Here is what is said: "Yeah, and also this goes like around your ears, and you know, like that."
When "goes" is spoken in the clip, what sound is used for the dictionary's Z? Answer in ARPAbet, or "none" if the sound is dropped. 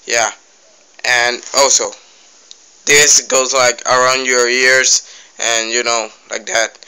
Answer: Z